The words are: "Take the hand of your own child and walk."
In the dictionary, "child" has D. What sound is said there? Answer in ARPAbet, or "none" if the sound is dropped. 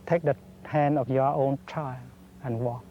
none